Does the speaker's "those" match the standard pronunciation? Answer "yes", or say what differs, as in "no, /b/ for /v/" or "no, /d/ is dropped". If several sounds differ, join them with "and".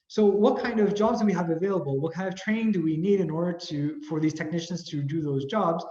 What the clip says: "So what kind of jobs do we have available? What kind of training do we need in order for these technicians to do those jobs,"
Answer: yes